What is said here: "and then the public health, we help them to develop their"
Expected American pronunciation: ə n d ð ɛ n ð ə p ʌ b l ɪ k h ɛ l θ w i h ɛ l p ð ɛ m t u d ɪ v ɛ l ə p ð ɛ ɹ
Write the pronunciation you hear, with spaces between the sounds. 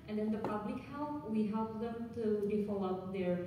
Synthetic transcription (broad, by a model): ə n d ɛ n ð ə p ʌ b l ɪ k h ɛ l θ w i h ɛ l p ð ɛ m t u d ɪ f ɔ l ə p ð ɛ ɹ